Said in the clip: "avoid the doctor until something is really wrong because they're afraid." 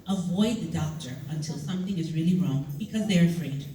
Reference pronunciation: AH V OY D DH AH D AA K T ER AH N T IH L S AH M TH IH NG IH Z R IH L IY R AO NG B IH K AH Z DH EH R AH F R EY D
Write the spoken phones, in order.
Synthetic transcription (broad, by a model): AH V OY D DH AH D AA K T ER AH N T IH L S AH M TH IH NG IH Z R IH L IY R AO NG B IH K AH Z DH EH R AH F R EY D